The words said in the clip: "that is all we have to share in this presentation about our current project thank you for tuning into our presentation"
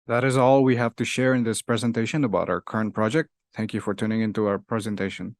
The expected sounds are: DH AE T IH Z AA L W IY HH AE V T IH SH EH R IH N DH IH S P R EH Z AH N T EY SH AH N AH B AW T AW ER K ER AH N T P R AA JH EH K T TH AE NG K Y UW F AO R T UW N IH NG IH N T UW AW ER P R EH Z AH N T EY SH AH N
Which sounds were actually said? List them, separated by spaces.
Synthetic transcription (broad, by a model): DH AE T IH Z AA L W IY HH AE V T IH SH EH R IH N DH IH S P R EH Z AH N T EY SH AH N AH B AW T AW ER K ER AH N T P R AA JH EH K T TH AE NG K Y UW F AO R T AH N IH NG IH N T UW AW ER P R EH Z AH N T EY SH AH N